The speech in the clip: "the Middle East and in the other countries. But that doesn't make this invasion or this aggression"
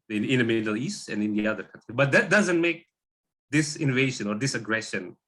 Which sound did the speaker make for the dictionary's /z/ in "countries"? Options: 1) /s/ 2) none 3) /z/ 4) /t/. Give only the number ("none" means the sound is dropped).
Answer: 2